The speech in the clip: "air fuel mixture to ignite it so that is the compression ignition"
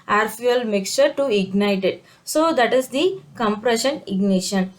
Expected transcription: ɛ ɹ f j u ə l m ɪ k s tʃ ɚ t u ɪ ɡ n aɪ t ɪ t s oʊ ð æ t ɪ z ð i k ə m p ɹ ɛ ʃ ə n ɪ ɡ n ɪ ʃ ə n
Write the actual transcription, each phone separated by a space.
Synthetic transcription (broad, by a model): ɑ ɹ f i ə l m ɪ k s tʃ ɚ t u ɪ ɡ n aɪ t ɪ t s oʊ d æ t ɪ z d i k ə m p ɹ ɛ ʃ ə n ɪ ɡ n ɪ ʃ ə n